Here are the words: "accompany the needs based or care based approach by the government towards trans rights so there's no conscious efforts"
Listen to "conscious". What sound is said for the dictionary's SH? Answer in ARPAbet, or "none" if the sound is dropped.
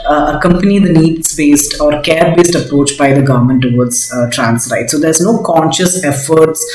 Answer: SH